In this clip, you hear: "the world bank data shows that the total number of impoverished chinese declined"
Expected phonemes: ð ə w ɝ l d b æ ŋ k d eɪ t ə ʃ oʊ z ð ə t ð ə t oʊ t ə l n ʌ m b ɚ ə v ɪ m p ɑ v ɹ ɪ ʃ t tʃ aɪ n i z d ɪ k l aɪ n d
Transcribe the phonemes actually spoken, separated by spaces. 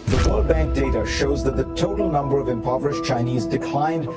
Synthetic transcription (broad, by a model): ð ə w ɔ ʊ b æ ŋ k d eɪ t ə ʃ oʊ z ð ə t ð ə t oʊ t l n ʌ m b ɚ ə v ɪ m p ɑ v ɹ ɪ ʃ tʃ aɪ n i z d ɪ k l aɪ n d